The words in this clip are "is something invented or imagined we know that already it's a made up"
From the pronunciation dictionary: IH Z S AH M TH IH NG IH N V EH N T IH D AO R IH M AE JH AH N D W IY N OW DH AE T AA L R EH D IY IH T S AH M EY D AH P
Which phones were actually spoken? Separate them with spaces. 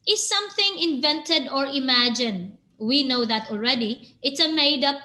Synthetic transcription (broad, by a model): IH S AH M TH IH NG IH N V EH N T IH D AO R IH M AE JH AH N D W IY N OW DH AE T AA L R EH D IY IH T S AH M EY D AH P